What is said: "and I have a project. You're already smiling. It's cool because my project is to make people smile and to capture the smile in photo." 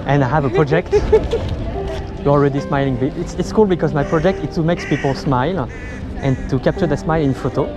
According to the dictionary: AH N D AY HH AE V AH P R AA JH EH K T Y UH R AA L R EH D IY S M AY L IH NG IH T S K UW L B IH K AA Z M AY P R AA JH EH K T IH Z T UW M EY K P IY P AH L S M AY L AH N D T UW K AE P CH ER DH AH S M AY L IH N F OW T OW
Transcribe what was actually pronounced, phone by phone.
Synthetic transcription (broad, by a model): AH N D AY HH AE V AH P R AA JH EH K T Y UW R AA L R EH D IY S M AY L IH NG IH T S K UW L B IH K AA Z M AY P R AA JH EH K T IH S T UW M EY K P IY P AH L S M AY L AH N T UW K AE P CH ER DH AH S M AY L IH N F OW T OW